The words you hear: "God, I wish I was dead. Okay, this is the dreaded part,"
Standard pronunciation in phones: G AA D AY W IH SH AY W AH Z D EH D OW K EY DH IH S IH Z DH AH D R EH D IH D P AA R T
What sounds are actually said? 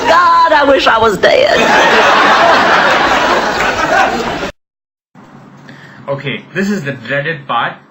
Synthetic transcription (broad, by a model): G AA D AY W IH SH AY W AH Z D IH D OW K EY DH IH S IH Z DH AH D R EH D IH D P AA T